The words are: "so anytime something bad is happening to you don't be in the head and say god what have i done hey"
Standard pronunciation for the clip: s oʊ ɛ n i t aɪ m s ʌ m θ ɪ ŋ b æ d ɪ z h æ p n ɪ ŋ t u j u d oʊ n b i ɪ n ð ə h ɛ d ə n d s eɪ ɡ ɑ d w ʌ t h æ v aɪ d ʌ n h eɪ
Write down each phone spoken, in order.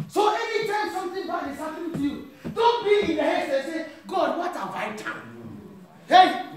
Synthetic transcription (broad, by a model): s oʊ ɛ n i t aɪ m s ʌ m t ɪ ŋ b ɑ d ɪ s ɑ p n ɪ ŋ t u j u d oʊ n b i ɪ n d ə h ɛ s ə s eɪ ɡ ɑ d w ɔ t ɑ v aɪ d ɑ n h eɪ